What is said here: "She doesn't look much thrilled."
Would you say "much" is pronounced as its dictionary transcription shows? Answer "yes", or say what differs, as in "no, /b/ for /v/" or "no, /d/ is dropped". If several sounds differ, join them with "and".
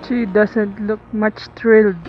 yes